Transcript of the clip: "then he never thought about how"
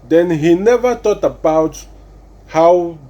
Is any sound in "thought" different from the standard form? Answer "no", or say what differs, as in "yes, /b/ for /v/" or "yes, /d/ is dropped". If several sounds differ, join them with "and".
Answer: yes, /t/ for /θ/